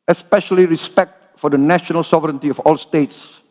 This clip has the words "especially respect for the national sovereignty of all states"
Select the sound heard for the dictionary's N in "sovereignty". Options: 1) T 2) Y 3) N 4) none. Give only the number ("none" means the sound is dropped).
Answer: 3